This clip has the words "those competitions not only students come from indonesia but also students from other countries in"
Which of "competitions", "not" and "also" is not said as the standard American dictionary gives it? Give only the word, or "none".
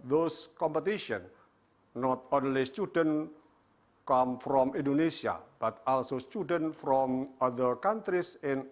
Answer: competitions